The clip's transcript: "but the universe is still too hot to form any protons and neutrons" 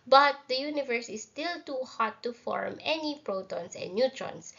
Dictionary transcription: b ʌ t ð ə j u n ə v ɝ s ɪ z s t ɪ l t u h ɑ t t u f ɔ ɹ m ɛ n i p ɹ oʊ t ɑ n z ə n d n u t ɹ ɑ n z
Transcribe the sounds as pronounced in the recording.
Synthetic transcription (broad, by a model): b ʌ t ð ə j u n ə v ɝ s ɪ s t ɪ l t u h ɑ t t u f ɔ ɹ m ɛ n i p ɹ oʊ t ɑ n s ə n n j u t ɹ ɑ n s